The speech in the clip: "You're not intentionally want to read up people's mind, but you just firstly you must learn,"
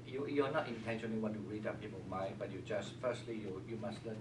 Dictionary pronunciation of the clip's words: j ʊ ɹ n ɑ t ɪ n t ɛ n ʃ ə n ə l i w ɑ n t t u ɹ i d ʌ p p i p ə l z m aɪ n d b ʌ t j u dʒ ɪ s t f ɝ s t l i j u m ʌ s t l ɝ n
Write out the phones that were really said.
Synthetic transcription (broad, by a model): j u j n ɑ t ɪ n t ɛ n ʃ ə n ə l i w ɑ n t t u ɹ i d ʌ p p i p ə m aɪ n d b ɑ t j u dʒ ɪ s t f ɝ s t l i j u m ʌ s t l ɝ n